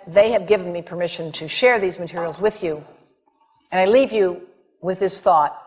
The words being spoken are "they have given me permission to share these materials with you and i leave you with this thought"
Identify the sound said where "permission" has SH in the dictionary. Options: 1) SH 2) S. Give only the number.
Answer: 1